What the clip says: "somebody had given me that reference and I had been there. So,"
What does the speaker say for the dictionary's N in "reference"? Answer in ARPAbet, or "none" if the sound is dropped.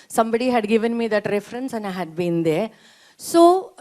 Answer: N